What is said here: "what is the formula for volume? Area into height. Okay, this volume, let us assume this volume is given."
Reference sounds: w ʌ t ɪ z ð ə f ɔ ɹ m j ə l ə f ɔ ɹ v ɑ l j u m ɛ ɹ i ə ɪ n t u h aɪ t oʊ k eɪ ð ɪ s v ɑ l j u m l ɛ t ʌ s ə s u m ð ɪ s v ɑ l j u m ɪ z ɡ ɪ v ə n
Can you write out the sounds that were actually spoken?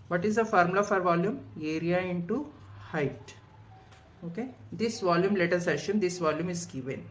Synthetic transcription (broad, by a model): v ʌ t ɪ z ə f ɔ ɹ m l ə f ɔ ɹ v ɑ l j u m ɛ ɹ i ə ɪ n t u h aɪ t oʊ k eɪ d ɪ s v ɑ l j u m l ɛ t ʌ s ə ʃ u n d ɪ s v ɑ l j u m ɪ z ɡ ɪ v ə n